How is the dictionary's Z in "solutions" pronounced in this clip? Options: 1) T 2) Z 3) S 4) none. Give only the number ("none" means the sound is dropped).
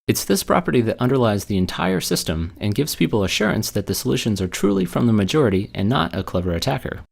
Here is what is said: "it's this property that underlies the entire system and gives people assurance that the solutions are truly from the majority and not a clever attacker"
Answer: 2